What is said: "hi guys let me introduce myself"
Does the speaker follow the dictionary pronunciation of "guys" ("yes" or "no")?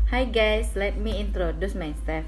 no